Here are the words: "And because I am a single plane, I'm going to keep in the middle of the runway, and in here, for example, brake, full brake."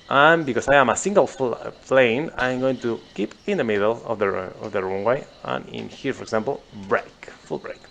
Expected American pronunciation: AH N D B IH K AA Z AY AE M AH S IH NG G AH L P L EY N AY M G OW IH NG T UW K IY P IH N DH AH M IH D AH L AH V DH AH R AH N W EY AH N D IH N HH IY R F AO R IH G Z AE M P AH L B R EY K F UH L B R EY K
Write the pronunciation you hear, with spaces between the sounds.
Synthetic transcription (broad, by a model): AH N B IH K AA S AY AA M AH S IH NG G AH L P L EY N AY M G OW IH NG T UW K IY P IH N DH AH M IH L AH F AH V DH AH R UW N W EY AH N IH N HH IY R F AO R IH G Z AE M P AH L B R EY K F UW L B R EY K